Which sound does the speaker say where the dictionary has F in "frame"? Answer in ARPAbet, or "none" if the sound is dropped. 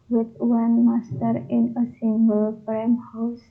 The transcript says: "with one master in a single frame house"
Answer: P